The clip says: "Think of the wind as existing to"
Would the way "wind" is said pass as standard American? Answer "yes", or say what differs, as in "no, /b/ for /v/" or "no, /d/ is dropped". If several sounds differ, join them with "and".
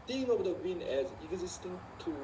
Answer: no, /d/ is dropped